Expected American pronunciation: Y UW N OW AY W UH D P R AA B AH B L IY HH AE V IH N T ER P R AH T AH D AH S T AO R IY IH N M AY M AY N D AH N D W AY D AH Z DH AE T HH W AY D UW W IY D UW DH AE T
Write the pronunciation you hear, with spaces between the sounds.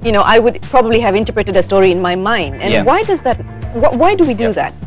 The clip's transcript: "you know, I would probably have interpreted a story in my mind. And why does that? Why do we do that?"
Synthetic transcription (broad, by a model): Y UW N OW AY W UH D P R AA B AH B L IY HH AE V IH N T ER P R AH T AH D AH S T AO R IY IH N M AY M AY N D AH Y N W AY D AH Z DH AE T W W AY D UW W IY D UW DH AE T